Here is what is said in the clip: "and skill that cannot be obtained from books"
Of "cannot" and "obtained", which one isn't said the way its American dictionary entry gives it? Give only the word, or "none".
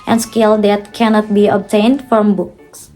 none